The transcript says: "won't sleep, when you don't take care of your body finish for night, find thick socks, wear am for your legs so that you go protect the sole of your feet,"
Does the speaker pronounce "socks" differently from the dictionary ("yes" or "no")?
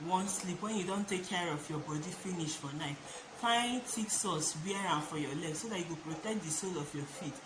yes